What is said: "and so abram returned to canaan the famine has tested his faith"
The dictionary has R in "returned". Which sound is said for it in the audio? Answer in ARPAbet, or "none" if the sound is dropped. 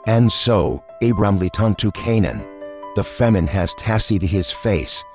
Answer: L